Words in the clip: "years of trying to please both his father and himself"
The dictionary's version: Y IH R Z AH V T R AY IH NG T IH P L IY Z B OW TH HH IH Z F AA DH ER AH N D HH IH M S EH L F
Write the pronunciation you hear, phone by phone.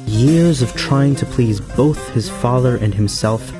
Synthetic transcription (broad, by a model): Y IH R Z AH V T R AY IH NG T IH P L IY Z B OW TH HH IH Z F AA DH ER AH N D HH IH M S EH L F